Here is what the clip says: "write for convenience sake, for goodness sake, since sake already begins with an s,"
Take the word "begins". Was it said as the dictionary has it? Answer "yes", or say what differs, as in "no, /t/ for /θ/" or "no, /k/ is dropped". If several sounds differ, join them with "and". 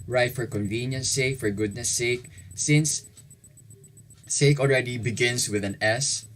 no, /s/ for /z/